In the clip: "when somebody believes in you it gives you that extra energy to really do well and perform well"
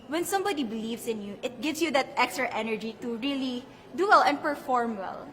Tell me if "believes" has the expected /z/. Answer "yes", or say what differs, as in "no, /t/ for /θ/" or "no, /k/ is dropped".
no, /s/ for /z/